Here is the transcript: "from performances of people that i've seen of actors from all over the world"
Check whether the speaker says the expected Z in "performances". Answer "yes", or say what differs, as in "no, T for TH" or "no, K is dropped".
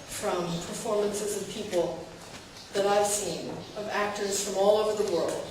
yes